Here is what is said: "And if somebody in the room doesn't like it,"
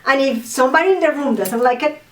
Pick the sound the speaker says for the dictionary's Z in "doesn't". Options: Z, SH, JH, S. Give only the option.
S